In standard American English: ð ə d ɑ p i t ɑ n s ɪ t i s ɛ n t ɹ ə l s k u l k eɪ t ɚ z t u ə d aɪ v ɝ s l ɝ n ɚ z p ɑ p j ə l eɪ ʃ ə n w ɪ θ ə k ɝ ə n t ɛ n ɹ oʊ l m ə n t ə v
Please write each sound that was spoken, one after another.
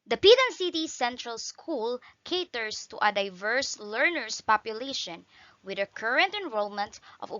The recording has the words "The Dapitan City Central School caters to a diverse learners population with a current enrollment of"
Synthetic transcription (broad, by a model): d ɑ p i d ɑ n s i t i s ɛ n t ɹ ə l s k u l k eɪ t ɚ s t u ə d aɪ v ɝ s l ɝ n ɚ s p ɑ p j ə l eɪ ʃ ə n w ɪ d ə k ɝ ə n t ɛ n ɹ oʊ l m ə n t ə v